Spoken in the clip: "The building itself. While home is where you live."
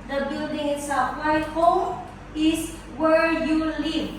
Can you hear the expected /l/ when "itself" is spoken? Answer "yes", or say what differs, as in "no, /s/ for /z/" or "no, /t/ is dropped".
no, /l/ is dropped